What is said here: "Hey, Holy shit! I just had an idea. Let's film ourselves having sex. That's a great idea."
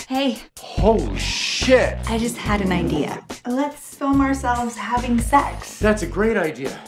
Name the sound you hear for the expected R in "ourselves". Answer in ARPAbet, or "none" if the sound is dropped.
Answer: R